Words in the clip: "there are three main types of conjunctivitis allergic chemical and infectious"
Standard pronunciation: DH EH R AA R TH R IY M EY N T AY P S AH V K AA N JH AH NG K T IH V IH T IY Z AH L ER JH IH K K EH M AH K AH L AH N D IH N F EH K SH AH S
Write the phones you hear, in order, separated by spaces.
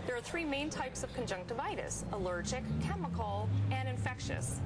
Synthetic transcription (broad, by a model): DH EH R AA R TH R IY M EY N T AY P S AH V K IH N JH AH NG K T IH V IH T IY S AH L ER JH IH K K EH M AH K L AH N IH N F EH K SH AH S